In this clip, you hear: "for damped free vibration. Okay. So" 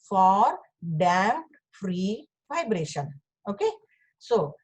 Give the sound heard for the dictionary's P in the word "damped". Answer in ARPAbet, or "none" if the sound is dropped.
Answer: none